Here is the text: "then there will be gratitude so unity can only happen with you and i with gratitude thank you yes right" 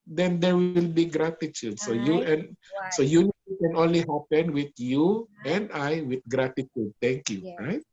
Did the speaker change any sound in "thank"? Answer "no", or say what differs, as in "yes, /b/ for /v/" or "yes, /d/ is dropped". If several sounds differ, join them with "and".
yes, /t/ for /θ/